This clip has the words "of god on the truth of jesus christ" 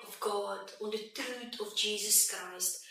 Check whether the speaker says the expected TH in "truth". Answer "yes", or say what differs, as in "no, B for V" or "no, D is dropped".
no, T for TH